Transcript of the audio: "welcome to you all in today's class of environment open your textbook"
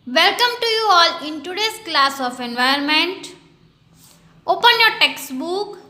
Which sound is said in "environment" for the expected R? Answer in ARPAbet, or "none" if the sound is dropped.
none